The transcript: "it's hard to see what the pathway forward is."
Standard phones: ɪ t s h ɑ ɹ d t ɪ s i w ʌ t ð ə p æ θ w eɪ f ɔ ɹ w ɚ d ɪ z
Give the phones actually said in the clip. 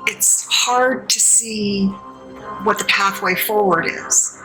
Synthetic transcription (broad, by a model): ɪ t s h ɑ ɹ d t ɪ s i w ʌ t ð ə p æ θ w eɪ f ɔ ɹ w ɚ d ɪ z